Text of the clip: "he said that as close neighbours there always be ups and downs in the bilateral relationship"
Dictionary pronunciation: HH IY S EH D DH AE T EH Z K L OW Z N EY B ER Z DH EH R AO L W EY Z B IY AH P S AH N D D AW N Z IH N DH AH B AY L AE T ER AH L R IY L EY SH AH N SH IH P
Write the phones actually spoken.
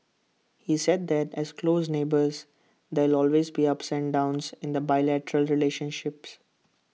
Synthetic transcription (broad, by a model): HH IY S EH D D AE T EH Z K L OW Z N EY B ER Z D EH L AO L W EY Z B IY AH P S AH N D D AW N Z IH N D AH B AY L AE T ER AH L R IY L EY SH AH N SH IH P